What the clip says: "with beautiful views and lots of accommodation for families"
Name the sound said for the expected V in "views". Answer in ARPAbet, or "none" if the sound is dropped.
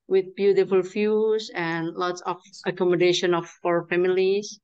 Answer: F